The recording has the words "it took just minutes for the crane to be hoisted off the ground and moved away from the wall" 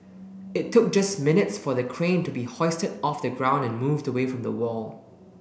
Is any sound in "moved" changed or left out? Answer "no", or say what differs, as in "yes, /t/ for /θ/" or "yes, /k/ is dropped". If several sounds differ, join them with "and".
no